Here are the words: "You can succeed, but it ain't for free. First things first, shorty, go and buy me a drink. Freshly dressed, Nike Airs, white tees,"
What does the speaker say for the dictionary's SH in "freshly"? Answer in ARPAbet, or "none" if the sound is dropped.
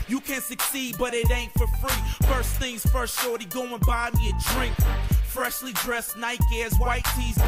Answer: SH